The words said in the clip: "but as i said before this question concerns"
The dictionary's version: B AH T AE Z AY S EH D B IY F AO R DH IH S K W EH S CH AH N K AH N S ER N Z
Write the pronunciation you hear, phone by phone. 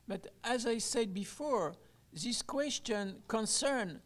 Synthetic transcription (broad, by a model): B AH T AE Z AY S EH D B IY F AO R DH IH S K W EH S CH AH N K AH N S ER N